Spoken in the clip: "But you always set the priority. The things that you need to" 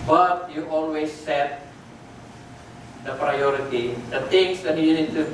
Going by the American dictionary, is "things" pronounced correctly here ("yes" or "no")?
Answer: no